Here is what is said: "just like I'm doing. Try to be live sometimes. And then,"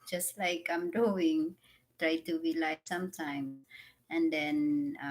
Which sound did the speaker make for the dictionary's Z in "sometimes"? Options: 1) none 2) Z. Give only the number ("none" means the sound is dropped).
1